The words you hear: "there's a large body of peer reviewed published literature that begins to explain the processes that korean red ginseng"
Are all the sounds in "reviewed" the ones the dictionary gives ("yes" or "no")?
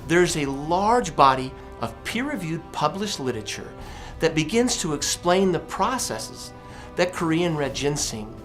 yes